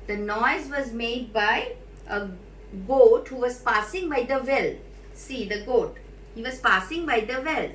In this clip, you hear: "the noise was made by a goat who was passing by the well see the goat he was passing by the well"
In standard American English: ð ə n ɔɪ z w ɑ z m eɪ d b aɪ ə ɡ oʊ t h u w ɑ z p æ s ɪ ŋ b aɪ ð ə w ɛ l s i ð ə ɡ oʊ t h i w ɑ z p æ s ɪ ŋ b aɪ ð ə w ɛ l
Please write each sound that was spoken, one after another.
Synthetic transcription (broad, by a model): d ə n ɔɪ z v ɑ z m eɪ d b aɪ ə ɡ oʊ t h u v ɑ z p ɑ s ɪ ŋ b aɪ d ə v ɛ l s i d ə ɡ oʊ t h i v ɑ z p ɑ s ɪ ŋ b aɪ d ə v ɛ l